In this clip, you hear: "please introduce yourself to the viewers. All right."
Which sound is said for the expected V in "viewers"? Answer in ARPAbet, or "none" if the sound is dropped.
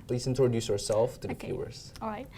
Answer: F